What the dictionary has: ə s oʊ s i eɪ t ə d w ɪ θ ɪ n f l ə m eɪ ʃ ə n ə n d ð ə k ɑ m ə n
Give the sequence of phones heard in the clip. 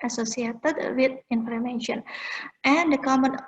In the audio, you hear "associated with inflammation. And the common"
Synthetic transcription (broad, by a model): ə s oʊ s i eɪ t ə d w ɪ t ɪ n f ə m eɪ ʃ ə n ə n d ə k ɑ m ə n